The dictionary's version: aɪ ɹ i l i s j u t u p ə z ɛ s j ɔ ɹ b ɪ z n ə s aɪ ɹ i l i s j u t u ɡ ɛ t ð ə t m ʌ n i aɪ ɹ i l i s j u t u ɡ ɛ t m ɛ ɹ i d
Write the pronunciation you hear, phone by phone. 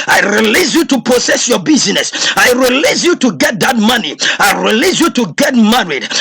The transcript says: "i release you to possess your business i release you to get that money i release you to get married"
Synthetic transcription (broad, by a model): aɪ ɹ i l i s j u t u p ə s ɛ s j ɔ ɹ b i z n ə s aɪ ɹ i l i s j u t u ɡ ɛ t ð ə t m ʌ n i aɪ ɹ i l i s j u t u ɡ ɛ t m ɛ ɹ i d